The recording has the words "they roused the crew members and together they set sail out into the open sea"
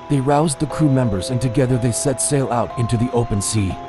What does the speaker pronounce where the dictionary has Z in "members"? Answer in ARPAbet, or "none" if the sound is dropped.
Z